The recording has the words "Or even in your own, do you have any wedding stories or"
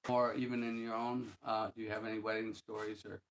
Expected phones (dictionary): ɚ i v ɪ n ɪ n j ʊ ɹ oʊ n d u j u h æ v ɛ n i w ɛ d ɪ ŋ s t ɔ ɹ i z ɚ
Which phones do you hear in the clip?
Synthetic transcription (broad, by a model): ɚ i v ɪ n ɪ n j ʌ ɹ oʊ n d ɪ j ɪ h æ v ɛ n i w ɛ d ɪ ŋ s t ɔ ɹ i z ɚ